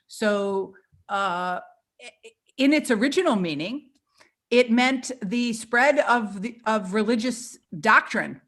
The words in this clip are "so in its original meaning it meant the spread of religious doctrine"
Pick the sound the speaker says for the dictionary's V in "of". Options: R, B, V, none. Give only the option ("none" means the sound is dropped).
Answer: V